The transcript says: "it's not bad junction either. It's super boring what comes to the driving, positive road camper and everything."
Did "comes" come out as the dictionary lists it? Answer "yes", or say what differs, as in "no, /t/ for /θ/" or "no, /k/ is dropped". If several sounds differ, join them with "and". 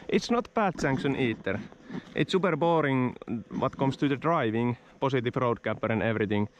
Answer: no, /s/ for /z/